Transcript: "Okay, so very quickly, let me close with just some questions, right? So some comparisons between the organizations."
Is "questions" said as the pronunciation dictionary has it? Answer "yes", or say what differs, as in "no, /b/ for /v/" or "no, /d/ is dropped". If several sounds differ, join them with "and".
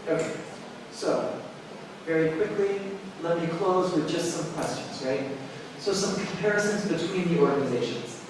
yes